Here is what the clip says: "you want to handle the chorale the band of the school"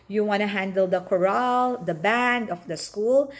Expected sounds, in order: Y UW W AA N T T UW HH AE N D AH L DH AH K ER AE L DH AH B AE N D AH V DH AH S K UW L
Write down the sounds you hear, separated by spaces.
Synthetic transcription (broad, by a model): Y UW W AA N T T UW HH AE N D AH L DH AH K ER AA L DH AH B AE N D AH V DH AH S K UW L